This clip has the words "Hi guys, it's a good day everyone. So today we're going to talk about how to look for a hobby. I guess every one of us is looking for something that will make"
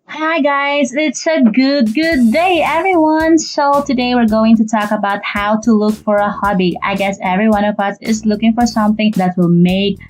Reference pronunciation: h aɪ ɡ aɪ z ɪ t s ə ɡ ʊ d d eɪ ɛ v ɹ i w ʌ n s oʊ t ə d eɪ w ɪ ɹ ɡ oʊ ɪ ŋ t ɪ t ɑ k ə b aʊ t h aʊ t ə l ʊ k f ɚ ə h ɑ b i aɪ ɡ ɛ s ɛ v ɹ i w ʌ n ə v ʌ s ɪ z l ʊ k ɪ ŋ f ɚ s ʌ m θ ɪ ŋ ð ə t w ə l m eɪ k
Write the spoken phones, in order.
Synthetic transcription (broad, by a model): h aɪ ɡ aɪ z ɪ t s ə ɡ ʊ d d eɪ ɛ v ɹ i w ʌ n s oʊ t ə d eɪ w ɪ ɹ ɡ oʊ ɪ ŋ t ɪ t ɑ k ə b aʊ t h aʊ t ə l ʊ k f ɚ ə h ɑ b i aɪ ɡ ɛ s ɛ v ɹ i w ʌ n ə v ʌ s ɪ z l ʊ k ɪ ŋ f ɚ s ʌ m θ ɪ ŋ ð ə t w ə l m eɪ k